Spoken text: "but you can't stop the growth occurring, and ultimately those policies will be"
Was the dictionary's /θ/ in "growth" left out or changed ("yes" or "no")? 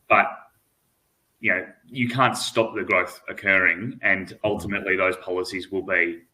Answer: no